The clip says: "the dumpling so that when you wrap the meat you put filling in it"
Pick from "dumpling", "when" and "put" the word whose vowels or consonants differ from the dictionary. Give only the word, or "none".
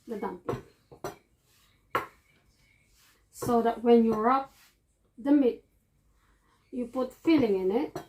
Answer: dumpling